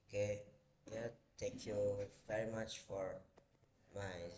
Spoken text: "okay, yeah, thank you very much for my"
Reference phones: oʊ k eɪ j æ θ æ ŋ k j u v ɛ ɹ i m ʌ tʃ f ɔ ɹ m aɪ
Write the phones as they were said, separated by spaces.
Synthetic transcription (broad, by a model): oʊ k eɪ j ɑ t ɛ k j u v ɛ ɹ i m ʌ tʃ f ɔ ɹ m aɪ